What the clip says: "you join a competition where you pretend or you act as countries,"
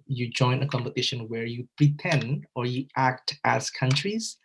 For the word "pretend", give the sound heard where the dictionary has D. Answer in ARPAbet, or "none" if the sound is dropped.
D